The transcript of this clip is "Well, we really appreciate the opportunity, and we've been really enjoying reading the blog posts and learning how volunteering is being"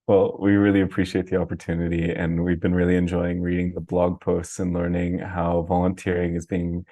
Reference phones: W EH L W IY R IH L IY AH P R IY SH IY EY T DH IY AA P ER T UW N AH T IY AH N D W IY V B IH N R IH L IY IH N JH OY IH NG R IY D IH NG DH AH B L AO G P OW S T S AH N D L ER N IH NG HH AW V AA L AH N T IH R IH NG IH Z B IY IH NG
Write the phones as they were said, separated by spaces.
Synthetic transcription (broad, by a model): W EH L W IY R IH L IY AH P R IY SH IY EY T DH IY AA P ER T UW N AH T IY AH N W IY V B IH N R IH L IY IH N JH OY IH NG R IY D IH NG DH AH B L AO G P OW S T S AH N L ER N IH NG HH AW V AA L AH N T IH R IH NG IH Z B IY IH NG